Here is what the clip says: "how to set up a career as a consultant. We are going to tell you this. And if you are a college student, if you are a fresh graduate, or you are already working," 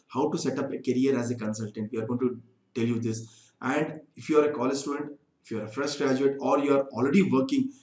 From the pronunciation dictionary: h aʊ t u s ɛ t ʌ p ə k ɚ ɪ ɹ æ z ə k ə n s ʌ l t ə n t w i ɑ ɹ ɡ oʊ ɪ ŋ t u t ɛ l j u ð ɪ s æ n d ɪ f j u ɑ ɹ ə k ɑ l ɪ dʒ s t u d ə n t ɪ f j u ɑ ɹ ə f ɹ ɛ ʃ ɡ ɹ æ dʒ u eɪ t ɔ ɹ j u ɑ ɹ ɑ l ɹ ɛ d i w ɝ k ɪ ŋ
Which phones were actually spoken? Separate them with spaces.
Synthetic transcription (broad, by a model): h aʊ t u s ɛ t ʌ p ə k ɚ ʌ ɹ æ z ə k ə n s ʌ l t ə n t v i ɑ ɹ ɡ oʊ ɪ ŋ t u t ɛ l j u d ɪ s æ n d ɪ f j u ɑ ɹ ə k ɑ l ɪ dʒ s t u d ə n t ɪ f j u ɑ ɹ ə f ɹ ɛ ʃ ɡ ɹ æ dʒ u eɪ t ɔ ɹ j u ɑ ɹ ɑ l ɹ ɛ d i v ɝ k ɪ ŋ